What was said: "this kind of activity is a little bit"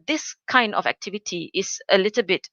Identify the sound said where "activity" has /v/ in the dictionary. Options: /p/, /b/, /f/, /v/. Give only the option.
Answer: /v/